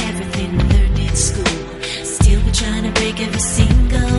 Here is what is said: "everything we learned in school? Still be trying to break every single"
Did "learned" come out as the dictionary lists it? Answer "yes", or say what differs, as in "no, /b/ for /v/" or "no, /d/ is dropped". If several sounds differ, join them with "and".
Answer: no, /n/ is dropped